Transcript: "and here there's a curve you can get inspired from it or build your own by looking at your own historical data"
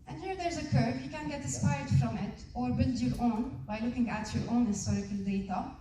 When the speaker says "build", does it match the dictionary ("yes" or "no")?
yes